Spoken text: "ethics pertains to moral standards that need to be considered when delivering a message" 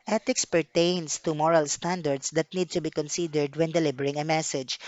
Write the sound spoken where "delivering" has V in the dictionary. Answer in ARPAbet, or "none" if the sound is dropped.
B